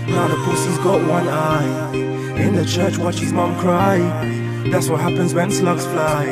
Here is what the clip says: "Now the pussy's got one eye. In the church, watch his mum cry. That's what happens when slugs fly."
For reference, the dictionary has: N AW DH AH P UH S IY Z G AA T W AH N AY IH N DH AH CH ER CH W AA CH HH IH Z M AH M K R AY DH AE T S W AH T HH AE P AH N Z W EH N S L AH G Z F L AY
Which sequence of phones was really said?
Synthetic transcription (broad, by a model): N AW DH AH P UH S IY Z G AA T W AH N AY IH N DH AH CH ER CH W AA CH HH IH Z M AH M K R AY DH AE T S W AH T HH AE P AH N Z W EH N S L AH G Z F L AY